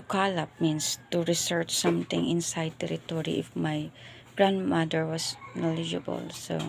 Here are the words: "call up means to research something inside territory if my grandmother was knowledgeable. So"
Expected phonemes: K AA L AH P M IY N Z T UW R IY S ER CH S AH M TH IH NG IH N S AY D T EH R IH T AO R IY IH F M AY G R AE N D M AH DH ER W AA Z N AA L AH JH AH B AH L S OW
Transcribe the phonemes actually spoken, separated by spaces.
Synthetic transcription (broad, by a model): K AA L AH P M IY N S T UW R IY S ER CH S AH M T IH NG IH N S AY D T EH R IH T AO R IY IH F M AY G R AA N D M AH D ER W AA S N AA L AH JH AH B AH L S OW